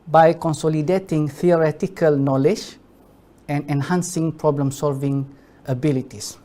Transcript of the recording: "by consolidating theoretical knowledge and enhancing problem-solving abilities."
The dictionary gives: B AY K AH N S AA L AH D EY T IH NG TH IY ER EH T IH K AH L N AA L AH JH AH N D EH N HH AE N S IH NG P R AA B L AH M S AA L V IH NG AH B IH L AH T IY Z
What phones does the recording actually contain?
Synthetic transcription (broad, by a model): B AY K AH N S AA L AH D EY T IH NG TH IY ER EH T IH K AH L N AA L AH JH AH N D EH N HH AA N S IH NG P R AA B L AH M S AA L V IH NG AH B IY L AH T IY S